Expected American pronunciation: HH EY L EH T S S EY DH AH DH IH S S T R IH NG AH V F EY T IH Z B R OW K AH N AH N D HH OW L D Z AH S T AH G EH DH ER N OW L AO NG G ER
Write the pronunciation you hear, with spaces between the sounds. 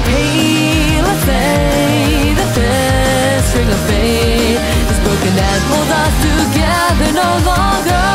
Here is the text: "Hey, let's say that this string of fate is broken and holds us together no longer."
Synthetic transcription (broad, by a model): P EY L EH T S S EY DH AH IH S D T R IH NG AH V P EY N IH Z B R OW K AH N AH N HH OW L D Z AH S T AH G EH DH ER N OW L AO NG G ER